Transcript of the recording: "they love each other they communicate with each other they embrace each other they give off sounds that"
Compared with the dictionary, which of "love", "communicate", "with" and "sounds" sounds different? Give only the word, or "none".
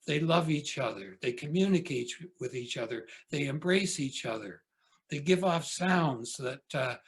none